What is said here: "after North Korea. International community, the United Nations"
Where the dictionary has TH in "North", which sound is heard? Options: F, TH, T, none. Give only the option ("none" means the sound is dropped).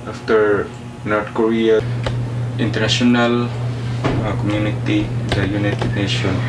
T